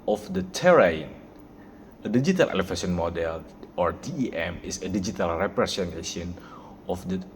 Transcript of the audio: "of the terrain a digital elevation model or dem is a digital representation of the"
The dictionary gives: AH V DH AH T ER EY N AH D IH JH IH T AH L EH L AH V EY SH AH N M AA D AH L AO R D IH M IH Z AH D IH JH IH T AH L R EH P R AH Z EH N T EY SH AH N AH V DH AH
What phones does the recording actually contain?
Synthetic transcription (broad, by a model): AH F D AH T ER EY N AH D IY JH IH T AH L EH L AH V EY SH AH N M AA D AH L AO R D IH M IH S AH D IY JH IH T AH L R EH P R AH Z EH N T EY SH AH N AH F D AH